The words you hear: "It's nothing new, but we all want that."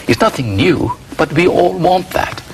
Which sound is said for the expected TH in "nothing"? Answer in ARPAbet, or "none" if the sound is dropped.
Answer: TH